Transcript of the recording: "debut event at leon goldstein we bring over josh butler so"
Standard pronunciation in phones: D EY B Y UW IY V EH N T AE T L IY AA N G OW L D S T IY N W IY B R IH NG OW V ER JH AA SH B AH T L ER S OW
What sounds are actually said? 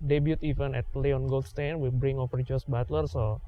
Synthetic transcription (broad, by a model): D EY B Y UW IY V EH N EH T L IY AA N G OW L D S T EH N W IY B R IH NG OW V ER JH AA S B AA T L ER S OW